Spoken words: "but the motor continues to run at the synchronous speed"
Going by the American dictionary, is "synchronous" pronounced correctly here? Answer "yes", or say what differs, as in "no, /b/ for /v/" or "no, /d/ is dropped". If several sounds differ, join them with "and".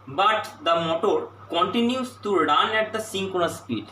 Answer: no, /ɹ/ is dropped